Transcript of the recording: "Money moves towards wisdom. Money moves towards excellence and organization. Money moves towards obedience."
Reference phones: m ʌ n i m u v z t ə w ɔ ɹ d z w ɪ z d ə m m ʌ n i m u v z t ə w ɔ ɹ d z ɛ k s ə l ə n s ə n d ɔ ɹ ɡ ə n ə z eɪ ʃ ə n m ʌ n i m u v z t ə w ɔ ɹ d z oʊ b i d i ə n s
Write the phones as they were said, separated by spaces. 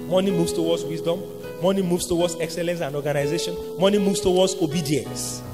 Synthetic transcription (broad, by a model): m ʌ n i m u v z t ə w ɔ d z w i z d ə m m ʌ n i m u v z t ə w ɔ d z ɛ k s ə l ə n s ə n d ɔ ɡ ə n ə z eɪ ʃ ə n m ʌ n i m u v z t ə w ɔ d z oʊ b i d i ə n s